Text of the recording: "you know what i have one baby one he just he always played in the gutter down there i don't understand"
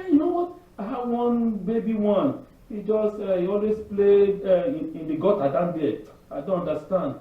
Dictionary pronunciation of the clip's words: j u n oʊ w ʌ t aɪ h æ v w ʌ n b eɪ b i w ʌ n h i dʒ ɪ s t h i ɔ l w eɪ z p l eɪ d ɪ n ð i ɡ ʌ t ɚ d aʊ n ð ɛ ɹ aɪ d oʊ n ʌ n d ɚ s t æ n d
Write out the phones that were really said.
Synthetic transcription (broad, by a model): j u n oʊ w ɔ t aɪ h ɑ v w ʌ n b eɪ b i w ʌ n h i dʒ ɪ s t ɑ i ɔ l w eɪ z p l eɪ ɪ n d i ɡ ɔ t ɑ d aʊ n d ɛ aɪ d oʊ n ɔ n d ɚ s t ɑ n d